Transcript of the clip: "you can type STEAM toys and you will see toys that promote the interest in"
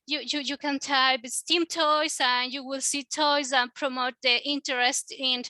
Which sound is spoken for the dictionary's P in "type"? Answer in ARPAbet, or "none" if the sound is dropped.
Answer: B